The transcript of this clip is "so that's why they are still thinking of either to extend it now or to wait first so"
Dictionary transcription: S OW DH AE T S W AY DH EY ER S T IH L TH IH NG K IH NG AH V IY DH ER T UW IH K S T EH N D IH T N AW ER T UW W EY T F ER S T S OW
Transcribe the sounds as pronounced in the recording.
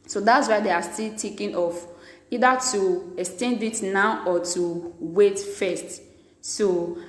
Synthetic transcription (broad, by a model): S OW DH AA T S W AY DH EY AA S T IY L T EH K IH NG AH F IY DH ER T UW IH K S T EH N D IH T N AW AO T UW W EY T F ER S T S OW